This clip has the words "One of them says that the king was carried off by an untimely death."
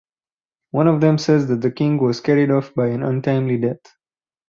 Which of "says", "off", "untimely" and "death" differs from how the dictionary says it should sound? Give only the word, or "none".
death